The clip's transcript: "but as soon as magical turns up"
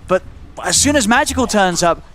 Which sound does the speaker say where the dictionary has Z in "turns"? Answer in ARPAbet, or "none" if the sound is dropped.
Z